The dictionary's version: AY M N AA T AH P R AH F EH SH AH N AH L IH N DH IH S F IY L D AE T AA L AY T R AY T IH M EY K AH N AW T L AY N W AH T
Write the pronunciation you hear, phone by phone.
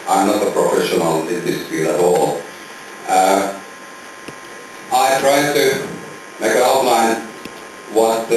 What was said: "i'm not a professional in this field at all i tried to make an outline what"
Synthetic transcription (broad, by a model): AY M N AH T AH P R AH F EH SH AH N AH L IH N DH IH S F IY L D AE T AA L AY T R AY T IH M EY AH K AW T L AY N W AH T